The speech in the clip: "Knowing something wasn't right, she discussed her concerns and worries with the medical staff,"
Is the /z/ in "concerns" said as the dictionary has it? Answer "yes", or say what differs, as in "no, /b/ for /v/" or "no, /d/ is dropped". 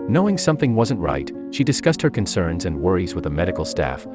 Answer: yes